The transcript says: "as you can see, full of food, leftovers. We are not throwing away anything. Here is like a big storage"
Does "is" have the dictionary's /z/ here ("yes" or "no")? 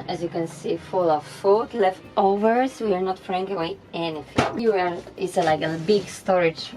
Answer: no